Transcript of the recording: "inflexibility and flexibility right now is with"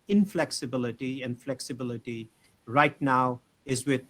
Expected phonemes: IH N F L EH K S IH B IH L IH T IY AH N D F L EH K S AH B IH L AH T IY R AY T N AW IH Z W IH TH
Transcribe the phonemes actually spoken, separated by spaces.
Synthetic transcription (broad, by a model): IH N F L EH K S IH B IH L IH T IY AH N F L EH K S AH B IH L AH T IY R AY T N AW IH Z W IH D